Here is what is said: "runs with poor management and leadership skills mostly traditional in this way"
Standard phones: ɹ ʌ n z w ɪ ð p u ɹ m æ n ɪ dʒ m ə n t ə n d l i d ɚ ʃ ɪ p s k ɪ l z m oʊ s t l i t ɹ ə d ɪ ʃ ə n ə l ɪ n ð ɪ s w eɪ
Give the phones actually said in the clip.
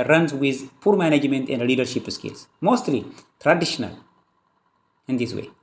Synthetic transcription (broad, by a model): ɹ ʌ n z w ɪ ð p u ɹ m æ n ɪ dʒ m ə n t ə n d l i d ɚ ʃ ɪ p s k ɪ l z m oʊ s t l i t ɹ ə d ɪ ʃ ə n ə l ɪ n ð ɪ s w eɪ